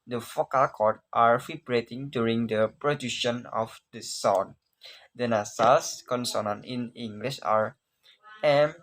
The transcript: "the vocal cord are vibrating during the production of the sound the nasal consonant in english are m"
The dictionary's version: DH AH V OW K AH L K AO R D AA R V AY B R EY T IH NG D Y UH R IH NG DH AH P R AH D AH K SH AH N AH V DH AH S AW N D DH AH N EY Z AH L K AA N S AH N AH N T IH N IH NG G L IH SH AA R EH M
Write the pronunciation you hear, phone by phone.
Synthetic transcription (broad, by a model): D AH F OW K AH L K AO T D AA R F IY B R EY T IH NG D Y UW R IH NG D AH P R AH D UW SH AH N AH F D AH S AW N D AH N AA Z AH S K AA N S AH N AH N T IH N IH NG G L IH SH AA R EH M